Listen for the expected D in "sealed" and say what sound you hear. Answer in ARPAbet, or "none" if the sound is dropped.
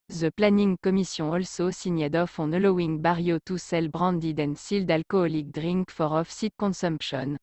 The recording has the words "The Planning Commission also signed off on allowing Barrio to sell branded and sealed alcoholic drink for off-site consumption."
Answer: D